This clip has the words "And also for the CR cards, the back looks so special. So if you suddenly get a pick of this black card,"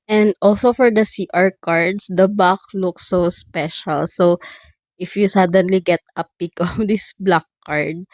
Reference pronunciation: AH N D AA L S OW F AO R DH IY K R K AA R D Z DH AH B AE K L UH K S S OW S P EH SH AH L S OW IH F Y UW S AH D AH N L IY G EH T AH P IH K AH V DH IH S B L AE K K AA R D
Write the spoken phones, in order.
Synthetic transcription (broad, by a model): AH N D AA L S OW F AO R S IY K R K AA R D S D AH B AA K L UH K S S OW S P EH SH AH L S OW IH F Y UW S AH D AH N L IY G EH T AH P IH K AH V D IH S B L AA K K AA R D